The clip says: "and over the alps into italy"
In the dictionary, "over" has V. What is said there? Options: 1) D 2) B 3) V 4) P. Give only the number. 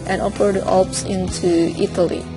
4